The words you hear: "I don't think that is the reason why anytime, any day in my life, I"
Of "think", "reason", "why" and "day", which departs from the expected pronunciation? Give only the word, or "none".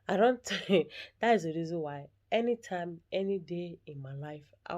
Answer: think